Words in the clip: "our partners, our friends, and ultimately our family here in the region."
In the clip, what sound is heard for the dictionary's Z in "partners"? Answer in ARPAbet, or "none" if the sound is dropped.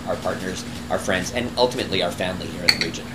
Z